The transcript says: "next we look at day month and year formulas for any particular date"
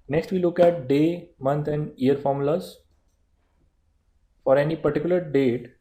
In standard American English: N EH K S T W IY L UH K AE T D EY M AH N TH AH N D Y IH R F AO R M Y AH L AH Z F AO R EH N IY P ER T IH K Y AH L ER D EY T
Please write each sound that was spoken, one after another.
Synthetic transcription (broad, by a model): N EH K S T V IY L UH K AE T D EY M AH N T AH N D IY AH R F AO R M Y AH L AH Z F AO R EH N IY P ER T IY K Y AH L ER D EY T